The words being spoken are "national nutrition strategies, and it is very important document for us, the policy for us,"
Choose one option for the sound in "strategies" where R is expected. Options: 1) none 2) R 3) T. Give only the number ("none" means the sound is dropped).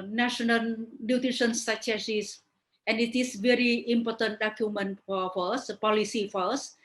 1